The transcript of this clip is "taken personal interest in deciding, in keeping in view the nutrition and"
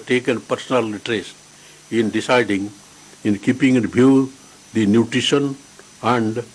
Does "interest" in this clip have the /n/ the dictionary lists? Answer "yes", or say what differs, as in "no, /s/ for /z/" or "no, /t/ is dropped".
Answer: no, /n/ is dropped